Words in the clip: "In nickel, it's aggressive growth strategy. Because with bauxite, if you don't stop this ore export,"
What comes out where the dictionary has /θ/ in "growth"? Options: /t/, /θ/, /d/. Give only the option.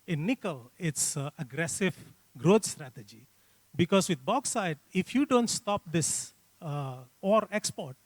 /t/